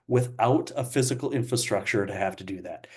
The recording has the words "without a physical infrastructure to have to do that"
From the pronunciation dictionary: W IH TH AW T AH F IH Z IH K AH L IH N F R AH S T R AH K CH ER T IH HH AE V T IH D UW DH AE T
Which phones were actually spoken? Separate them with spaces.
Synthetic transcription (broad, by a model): W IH TH AW T AH F IH Z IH K L IH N F R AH S T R AH K CH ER T IH HH AE F T IH D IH DH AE T